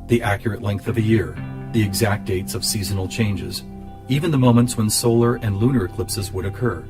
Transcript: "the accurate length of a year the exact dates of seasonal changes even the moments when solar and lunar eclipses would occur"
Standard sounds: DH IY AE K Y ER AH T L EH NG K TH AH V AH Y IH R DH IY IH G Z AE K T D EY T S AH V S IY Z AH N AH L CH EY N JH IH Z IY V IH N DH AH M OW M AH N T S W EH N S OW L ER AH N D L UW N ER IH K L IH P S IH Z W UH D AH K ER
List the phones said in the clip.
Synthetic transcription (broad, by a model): DH IY AE K Y ER AH T L EH NG K TH AH V AH Y IH R DH IY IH G Z AE K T D EY T S AH V S IY Z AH N L CH EY N JH IH Z IY V IH N DH AH M OW M AH N T S W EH N S OW L ER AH N L UW N ER IH K L IH P S IH Z W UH D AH K ER